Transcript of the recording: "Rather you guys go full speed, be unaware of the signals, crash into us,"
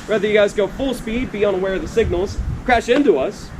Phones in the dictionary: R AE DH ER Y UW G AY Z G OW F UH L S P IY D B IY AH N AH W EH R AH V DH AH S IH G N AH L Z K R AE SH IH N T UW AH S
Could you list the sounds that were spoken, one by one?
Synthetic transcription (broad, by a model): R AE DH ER Y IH G AY Z G OW F UH L S P IY D B IY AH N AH W EH R AH V DH AH S IH G N L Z K R AE SH IH N T UW AH S